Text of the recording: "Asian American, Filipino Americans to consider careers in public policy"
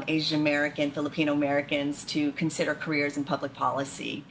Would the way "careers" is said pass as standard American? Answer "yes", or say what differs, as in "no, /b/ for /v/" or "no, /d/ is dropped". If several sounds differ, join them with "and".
yes